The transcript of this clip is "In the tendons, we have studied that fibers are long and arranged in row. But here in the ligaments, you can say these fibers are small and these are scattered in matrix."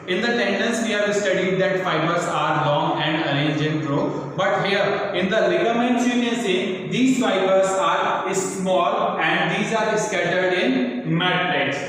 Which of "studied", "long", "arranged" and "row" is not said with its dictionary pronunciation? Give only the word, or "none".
arranged